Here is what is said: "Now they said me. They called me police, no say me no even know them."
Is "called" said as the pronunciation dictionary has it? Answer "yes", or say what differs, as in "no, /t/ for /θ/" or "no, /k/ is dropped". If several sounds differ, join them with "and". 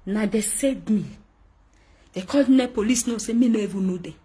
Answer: no, /l/ is dropped